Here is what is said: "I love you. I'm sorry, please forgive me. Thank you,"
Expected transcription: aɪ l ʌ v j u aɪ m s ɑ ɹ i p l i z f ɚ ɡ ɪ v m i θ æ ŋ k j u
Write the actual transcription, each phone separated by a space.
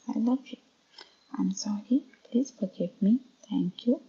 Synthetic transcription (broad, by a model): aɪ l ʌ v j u aɪ m s ɑ ɹ i p l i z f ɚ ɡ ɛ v m i t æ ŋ k j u